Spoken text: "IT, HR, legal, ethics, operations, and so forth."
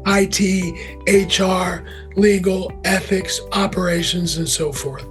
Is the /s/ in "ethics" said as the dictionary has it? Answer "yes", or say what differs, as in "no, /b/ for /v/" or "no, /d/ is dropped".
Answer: yes